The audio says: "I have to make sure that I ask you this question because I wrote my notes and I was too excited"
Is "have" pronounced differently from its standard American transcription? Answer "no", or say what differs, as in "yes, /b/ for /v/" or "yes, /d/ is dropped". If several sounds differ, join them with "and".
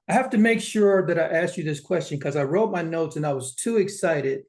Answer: yes, /f/ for /v/